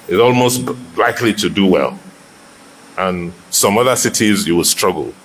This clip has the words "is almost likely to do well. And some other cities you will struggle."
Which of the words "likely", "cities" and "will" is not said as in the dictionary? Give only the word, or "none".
none